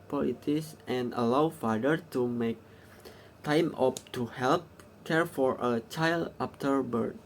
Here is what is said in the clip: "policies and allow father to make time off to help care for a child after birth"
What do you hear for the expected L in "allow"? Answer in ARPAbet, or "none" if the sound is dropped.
L